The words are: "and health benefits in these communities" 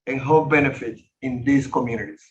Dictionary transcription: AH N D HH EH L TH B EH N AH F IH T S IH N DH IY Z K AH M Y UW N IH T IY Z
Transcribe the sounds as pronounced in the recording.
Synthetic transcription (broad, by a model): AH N HH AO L B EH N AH F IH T IH N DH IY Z K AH M Y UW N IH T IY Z